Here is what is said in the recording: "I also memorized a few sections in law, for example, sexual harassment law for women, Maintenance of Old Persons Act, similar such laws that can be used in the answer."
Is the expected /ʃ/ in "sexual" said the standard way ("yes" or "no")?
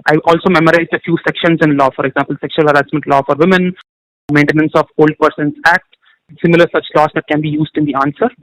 yes